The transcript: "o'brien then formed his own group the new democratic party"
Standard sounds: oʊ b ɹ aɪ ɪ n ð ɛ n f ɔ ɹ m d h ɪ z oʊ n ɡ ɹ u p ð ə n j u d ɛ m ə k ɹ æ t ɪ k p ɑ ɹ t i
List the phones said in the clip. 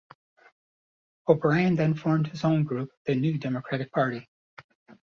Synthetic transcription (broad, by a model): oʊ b ɹ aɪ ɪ n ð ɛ n f ɔ ɹ m d h ɪ z oʊ n ɡ ɹ u p ð ə n j u d ɛ m ə k ɹ æ t ɪ k p ɑ ɹ t i